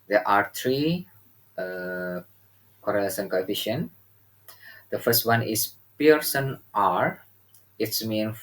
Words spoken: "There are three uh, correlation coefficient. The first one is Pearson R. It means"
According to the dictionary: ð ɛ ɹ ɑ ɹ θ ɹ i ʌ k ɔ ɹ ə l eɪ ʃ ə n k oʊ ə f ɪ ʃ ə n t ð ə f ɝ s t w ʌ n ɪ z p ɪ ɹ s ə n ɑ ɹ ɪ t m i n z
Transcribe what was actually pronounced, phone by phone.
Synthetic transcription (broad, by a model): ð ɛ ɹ ɑ ɹ t ɹ i ʌ k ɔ ɹ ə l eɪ s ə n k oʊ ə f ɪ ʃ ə n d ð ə f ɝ s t w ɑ n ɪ s p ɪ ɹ s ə n ɑ ɹ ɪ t m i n